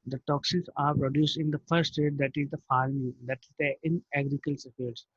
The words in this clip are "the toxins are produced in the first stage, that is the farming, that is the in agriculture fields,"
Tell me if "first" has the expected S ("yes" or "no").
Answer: no